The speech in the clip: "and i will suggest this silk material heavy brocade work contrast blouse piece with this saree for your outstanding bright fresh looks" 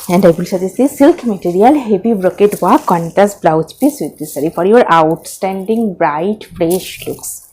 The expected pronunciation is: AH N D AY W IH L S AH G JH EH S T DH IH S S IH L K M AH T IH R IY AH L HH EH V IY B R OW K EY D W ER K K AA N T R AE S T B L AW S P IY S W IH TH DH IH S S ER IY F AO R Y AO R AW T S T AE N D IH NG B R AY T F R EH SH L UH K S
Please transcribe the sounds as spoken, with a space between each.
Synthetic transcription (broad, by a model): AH N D AY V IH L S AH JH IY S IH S S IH L K M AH T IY R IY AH L HH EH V IY B R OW K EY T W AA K K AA N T AE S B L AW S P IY S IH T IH S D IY F AO R Y AO R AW T S T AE N D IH NG B R AY T F R EH SH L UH K S